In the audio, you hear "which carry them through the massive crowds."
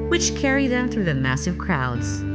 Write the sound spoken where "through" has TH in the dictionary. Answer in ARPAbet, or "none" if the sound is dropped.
TH